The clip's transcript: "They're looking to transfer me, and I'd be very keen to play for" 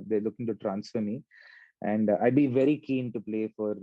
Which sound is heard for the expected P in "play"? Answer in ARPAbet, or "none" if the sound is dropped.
P